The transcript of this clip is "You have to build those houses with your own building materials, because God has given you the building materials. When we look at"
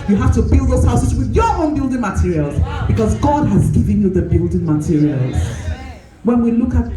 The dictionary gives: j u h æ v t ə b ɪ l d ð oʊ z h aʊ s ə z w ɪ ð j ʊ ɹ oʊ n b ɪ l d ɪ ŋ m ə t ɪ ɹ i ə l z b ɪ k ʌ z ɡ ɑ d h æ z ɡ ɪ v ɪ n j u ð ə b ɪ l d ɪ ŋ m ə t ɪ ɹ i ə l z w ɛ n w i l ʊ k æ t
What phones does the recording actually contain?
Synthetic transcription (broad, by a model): j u h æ f t ə b ɪ l d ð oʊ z h aʊ s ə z w ɪ ð j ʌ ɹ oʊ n b ɪ l d ɪ ŋ m ə t ɪ ɹ i ə l z b ɪ k ʌ z ɡ ɑ d h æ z ɡ ɪ v ɪ n j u ð ə b ɪ l d ɪ ŋ m ə t ɪ ɹ i ə l z w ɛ n w i l ʊ k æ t